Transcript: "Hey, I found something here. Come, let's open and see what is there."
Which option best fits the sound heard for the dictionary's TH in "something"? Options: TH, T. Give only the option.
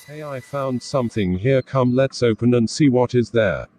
TH